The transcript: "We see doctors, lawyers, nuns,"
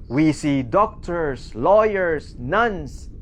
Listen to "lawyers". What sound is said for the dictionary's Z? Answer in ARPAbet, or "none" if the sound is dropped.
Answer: S